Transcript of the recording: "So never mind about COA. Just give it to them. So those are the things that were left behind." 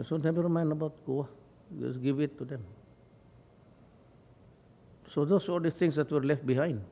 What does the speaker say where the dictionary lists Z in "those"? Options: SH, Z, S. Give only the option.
S